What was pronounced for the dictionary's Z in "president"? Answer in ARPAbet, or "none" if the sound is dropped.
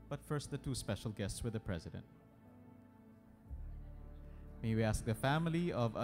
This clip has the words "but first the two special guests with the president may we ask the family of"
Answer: Z